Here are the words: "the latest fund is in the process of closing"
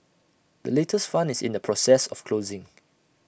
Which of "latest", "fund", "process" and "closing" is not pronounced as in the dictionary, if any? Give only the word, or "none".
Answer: fund